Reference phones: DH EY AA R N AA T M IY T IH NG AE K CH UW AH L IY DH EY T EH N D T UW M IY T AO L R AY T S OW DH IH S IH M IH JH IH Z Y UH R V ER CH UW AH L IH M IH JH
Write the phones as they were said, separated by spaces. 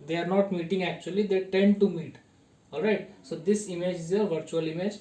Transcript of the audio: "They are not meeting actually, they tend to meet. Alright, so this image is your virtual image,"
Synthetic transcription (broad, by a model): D EY AA R N AA T M IY T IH NG AE K CH UW AH L IY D EY T EH N D T UW M IY T AO L R AY T S OW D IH S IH M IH JH IH Z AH V ER CH UW AH L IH M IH JH